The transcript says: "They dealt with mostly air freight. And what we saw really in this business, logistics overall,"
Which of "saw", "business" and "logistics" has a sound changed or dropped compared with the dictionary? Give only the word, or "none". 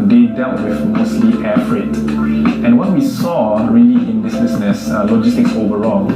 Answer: business